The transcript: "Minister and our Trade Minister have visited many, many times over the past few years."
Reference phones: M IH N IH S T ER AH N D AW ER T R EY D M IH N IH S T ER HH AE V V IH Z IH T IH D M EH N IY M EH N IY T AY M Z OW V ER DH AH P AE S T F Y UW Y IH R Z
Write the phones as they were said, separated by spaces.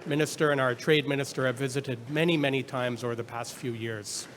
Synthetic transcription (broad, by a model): M IH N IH S T ER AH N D AW ER T R EY D M IH N IH S T ER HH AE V V IH Z IH T IH D M EH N IY M EH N IY T AY M Z OW V ER DH AH P AE S T F Y UW Y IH R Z